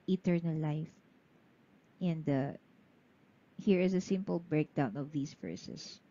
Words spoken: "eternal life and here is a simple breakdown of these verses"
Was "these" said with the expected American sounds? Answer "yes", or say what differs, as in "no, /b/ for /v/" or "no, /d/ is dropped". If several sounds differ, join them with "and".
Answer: no, /s/ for /z/